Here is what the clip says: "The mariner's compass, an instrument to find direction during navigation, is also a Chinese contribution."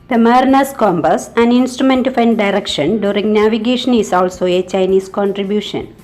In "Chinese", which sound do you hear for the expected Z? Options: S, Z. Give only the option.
S